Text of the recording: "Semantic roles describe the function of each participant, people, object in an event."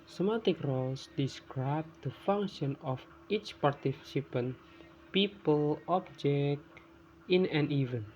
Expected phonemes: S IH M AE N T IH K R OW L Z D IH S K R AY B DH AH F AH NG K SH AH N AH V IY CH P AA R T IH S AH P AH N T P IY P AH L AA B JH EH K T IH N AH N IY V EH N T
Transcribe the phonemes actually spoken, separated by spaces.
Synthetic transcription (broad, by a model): S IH M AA T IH K R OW L S D IH S K R AY B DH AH F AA NG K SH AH N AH F IY CH P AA R T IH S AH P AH N P IY P AH L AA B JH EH K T IH N AH N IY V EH N